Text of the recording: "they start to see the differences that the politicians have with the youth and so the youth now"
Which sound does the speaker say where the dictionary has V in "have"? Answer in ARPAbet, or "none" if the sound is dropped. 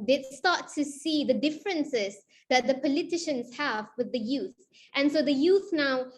V